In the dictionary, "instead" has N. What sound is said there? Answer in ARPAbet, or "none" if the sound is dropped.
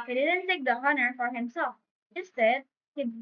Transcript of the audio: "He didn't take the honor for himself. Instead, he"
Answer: none